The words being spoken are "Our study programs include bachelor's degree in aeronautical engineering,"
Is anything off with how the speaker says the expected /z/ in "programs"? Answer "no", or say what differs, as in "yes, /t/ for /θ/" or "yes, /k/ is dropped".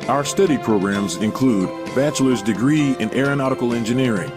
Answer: no